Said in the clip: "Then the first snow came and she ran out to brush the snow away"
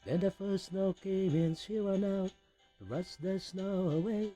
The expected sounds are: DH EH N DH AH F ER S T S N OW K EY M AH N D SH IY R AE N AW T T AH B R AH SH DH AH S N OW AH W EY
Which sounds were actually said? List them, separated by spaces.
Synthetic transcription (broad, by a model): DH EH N DH AH F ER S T S N OW K EY M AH N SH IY W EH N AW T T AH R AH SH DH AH S N OW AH W EY